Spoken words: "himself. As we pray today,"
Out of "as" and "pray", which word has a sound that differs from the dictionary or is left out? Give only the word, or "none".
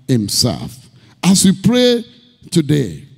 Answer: as